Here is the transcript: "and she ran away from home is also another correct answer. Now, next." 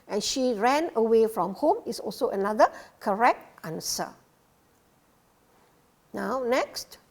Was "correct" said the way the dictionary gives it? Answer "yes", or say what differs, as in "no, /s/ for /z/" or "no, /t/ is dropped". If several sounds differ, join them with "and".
yes